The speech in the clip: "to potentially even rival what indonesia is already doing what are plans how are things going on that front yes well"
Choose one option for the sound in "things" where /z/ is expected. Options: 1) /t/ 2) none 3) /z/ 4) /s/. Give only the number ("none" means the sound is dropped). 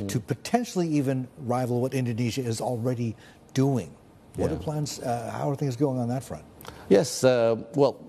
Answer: 3